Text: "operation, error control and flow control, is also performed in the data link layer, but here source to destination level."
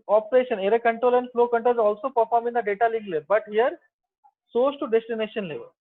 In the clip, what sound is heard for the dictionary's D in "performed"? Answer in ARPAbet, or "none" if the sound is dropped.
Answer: none